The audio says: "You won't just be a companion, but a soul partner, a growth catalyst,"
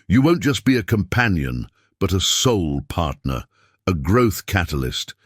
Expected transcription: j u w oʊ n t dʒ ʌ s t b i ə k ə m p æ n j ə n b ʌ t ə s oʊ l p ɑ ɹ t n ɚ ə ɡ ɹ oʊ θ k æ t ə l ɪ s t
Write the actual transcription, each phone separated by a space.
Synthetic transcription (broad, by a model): j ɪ w oʊ n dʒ ʌ s b i ə k ə m p æ n j ə n b ʌ t ə s oʊ l p ɑ ɹ t n ɚ ə ɡ ɹ oʊ θ k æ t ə l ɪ s t